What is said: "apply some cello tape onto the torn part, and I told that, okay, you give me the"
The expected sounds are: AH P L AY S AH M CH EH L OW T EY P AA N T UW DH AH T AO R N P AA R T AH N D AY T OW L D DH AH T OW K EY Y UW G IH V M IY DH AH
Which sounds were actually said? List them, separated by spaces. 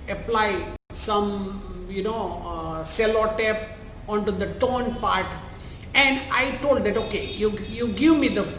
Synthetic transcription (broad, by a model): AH P L AY S AH M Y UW N OW S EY P AA N T UW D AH T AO N P AA R T AH N D AY T OW L D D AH T OW K EY Y UW G IH V M IY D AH